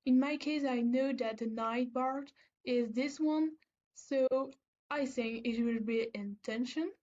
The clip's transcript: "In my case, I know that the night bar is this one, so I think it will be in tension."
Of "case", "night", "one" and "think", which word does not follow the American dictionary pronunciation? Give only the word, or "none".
none